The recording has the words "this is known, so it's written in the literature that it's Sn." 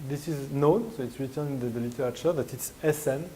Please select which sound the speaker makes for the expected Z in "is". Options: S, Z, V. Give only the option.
Z